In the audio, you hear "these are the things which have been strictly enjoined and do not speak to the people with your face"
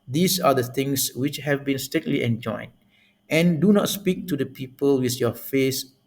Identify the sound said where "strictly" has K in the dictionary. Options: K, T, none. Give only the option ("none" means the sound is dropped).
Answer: none